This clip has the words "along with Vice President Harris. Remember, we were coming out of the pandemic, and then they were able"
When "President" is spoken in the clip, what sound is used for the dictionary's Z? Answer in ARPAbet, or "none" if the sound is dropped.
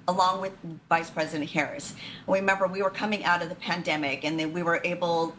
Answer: Z